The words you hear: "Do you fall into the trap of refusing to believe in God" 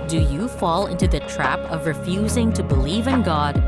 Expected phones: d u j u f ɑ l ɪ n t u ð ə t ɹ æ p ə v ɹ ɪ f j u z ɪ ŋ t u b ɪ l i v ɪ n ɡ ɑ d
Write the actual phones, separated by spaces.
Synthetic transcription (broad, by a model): d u j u f ɑ l ɪ n t u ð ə t ɹ æ p ə v ɹ ɪ f j u z ɪ ŋ t u b ɪ l i v ɪ n ɡ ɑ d